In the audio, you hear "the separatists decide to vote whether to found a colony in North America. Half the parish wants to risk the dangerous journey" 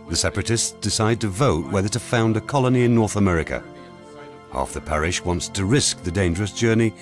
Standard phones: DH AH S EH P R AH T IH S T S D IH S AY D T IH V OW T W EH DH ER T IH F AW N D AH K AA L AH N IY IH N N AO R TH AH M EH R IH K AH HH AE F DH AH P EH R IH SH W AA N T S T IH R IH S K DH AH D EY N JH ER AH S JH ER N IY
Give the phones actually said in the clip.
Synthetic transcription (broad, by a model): DH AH S EH P R AH T IH S T S D IH S AY D T IH V OW T W EH DH ER T IH F AW N D AH K AA L AH N IY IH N N AO R TH AH M EH R IH K AH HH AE F DH AH P EH R IH SH W AA N T S T IH R IH S K DH AH D EY N JH ER AH S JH ER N IY